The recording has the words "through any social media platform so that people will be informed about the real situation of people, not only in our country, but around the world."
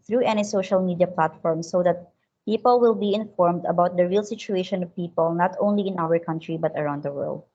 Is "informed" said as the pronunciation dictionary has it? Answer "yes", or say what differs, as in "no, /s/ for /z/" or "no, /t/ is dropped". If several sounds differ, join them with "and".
yes